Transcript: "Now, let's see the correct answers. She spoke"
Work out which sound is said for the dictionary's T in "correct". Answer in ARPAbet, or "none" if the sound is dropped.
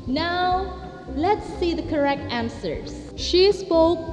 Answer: T